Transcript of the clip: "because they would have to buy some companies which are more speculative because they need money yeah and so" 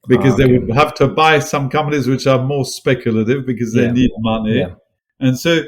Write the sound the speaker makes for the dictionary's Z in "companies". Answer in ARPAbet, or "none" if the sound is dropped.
Z